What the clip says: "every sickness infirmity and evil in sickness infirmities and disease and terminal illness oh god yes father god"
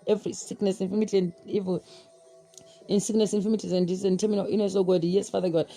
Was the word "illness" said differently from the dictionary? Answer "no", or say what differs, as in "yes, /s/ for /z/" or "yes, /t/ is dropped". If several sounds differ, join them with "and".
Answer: yes, /l/ is dropped